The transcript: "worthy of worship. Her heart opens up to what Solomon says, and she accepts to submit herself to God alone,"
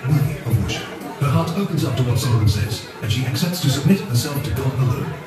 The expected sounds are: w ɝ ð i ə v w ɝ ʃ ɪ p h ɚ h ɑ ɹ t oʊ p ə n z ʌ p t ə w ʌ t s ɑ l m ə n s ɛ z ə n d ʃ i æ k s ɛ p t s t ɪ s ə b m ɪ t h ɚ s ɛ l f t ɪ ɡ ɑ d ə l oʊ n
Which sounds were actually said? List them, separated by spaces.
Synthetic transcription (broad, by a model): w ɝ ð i ə v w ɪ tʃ h ɚ h ɑ ɹ t oʊ p ə n z ʌ p t ə w ʌ t s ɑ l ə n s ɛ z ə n ʃ i æ k s ɛ p t s t ɪ s ə b m ɪ t h ɚ s ɛ l f t ɪ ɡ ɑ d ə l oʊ